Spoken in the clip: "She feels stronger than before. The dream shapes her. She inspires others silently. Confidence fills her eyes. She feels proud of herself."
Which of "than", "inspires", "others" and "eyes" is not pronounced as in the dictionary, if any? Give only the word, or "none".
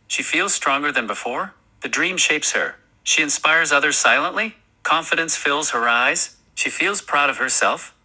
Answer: none